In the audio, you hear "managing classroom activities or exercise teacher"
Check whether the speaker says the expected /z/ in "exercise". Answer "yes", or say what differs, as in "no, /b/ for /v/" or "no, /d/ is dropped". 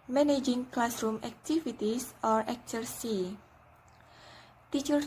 no, /z/ is dropped